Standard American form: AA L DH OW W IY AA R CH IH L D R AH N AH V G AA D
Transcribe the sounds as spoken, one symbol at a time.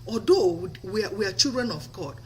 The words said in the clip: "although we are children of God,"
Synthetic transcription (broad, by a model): AA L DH OW W IY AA W CH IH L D R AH N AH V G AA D